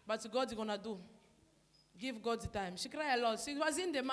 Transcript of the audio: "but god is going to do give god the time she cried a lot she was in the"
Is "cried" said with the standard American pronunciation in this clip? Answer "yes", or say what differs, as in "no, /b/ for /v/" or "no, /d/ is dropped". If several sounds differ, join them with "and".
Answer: no, /d/ is dropped